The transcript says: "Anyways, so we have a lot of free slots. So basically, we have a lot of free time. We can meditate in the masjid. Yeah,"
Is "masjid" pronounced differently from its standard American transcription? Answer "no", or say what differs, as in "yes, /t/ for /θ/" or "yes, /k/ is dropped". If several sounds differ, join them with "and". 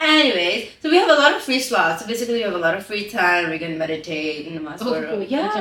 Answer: yes, /dʒ/ is dropped